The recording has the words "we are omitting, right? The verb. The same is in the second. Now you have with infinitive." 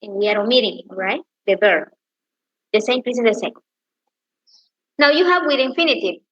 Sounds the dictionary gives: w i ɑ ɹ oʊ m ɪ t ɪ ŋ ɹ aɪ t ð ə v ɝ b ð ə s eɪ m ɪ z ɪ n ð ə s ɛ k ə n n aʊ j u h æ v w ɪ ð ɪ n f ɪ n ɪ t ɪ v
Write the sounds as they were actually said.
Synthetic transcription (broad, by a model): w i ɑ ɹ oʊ m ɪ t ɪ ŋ ɹ aɪ t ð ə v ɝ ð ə s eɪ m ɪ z ɪ n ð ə s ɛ ə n n aʊ j u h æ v w ɪ ð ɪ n f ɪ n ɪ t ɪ